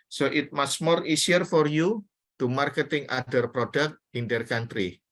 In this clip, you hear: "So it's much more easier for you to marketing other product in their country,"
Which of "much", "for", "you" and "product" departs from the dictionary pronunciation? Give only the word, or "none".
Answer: much